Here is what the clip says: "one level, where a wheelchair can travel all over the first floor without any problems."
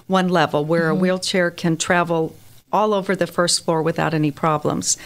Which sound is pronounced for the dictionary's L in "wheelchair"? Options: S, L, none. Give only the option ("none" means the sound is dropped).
L